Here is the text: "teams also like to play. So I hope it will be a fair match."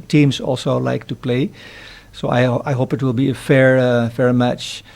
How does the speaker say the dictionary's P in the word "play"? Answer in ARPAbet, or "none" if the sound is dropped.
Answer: P